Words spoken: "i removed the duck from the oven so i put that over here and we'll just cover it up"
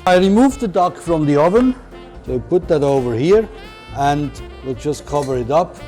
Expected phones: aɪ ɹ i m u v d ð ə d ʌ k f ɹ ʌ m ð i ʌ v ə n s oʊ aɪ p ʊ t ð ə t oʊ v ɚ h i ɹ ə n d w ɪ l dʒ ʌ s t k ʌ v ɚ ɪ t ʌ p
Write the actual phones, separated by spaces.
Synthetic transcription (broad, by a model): aɪ ɹ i m u v ð ə d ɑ k f ɹ ʌ m ð i ʌ v ə n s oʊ p ʊ t ð ə t oʊ v ɚ h i ɹ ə n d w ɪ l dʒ ʌ s k ʌ v ɚ ɪ t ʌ p